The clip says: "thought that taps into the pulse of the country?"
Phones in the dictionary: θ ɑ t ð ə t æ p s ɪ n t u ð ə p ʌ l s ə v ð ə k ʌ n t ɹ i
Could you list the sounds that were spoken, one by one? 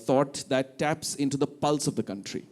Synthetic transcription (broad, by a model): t ɑ t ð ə t æ p s ɪ n t u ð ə p ʌ l s ə v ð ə k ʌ n t ɹ i